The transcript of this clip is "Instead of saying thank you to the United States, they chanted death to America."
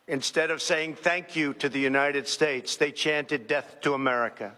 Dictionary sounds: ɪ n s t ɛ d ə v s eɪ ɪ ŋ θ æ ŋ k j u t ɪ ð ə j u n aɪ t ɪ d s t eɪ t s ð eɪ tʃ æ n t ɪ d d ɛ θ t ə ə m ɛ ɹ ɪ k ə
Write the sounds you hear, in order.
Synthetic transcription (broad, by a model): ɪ n s t ɛ d ə v s eɪ ɪ ŋ θ æ ŋ k j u t ɪ ð ə j u n aɪ t ɪ d s t eɪ t s ð eɪ tʃ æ n t ɪ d d ɛ θ t ə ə m ɛ ɹ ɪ k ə